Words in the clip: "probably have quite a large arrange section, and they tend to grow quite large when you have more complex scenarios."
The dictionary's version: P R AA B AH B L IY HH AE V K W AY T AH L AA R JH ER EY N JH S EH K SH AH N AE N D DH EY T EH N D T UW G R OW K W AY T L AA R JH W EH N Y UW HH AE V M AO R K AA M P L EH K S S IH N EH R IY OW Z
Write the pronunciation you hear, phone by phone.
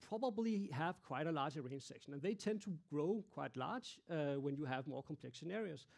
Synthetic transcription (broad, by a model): P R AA B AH B L IY HH AE V K W AY T AH L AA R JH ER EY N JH S EH K SH AH N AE N DH EY T EH N D T UW G R OW K W AY T L AA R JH W EH N Y UW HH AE V M AO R K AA M P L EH K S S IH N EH R IY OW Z